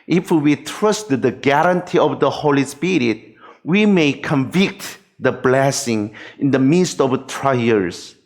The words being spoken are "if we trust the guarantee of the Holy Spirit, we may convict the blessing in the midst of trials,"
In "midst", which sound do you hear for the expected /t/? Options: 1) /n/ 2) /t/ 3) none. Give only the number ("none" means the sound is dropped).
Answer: 2